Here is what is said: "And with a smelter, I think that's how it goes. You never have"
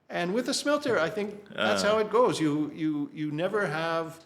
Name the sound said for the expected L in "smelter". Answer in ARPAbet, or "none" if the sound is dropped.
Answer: L